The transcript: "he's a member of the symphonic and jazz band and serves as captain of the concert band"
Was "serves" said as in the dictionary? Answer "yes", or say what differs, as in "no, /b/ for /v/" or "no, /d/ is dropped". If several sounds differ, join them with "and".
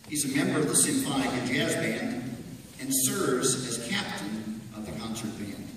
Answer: yes